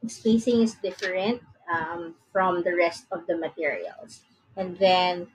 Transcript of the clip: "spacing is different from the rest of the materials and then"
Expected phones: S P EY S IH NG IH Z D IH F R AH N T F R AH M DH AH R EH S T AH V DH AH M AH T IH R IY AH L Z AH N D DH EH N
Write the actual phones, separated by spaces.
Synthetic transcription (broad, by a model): S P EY S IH NG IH S D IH F R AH N T F R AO M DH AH R EH S T AH V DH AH M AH T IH R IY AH L S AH N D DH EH N